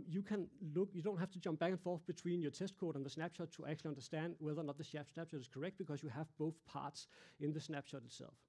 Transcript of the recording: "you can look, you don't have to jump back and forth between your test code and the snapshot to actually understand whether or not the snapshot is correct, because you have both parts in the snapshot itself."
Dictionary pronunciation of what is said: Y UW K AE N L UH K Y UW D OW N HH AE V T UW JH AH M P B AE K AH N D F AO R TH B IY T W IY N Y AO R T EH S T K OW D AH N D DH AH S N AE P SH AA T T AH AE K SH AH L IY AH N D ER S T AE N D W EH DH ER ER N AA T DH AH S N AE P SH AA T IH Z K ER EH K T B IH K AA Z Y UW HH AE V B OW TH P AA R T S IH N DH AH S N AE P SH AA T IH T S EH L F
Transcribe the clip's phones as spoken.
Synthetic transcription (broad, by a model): Y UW K AE N L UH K Y UW D OW N HH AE F T UW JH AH M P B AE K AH N F AO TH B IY S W IY N Y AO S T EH S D K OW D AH N DH AH S N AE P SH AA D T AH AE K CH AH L IY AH N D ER S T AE N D W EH DH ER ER N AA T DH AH S N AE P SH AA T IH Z K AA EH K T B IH K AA S Y UW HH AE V B OW TH P AA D S IH N DH AH S N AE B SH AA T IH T S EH L F